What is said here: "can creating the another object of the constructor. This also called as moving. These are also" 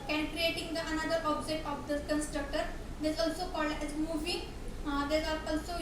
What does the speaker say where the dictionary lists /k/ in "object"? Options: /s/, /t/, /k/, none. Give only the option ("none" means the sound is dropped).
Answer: none